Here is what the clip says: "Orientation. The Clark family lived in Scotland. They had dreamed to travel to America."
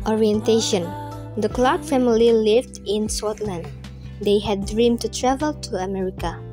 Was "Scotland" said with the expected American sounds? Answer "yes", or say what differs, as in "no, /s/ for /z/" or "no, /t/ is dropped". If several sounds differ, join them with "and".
no, /k/ is dropped